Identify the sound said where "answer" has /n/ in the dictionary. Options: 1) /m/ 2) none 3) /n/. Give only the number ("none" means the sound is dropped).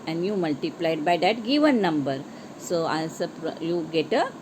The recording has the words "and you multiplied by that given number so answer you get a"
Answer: 2